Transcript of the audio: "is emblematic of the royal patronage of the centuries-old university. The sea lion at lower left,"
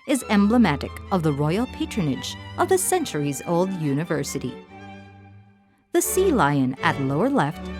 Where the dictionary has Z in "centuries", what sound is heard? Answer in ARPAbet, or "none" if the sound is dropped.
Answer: Z